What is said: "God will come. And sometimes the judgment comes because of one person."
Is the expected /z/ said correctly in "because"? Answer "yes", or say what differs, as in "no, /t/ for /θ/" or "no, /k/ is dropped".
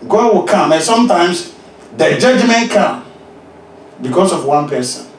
no, /s/ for /z/